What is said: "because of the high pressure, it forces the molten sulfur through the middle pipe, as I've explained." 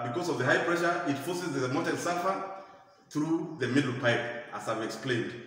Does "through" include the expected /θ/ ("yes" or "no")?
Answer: yes